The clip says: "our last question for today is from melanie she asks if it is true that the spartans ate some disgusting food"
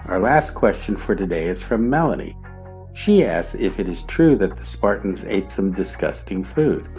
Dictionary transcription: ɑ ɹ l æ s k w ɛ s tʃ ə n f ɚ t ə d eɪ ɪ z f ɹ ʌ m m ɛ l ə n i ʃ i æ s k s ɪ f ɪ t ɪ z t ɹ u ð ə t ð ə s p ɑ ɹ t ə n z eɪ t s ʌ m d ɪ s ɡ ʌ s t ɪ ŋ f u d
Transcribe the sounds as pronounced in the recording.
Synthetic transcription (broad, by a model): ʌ ɹ l æ s k w ɛ s tʃ ə n f ɚ t ə d eɪ ɪ z f ɹ ʌ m m ɛ l ə n i ʃ i æ s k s ɪ f ɪ t ɪ z t ɹ u ð ə t ð ə s p ɑ ɹ t n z eɪ t s ʌ m d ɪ s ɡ ʌ s t ɪ ŋ f u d